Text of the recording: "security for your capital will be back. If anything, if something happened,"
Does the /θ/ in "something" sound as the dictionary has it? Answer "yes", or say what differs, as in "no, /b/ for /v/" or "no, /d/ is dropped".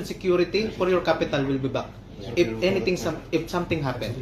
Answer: no, /t/ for /θ/